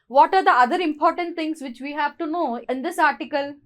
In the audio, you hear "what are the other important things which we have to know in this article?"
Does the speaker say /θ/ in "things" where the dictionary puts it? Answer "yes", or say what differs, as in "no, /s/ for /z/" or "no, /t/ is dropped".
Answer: no, /t/ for /θ/